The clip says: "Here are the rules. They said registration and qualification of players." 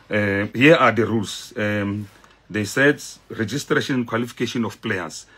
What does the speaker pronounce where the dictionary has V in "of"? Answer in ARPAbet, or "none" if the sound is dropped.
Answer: F